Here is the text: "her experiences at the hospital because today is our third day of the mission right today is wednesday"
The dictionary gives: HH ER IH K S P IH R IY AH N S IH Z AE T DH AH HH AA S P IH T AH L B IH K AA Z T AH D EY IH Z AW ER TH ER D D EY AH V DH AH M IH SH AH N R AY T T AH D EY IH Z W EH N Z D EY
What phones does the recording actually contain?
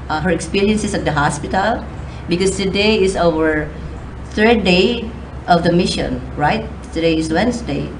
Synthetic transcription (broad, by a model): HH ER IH K S P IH R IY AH N S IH S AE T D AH HH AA S P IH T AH L B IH K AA S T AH D EY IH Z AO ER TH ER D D EY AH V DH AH M IH SH AH N R AY T T AH D EY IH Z W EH N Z D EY